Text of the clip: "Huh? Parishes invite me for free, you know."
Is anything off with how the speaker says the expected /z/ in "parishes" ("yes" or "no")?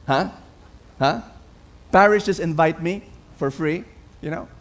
yes